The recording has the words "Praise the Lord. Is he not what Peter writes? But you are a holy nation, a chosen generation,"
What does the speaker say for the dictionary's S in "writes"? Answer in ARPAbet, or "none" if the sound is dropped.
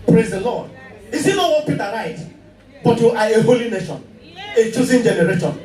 none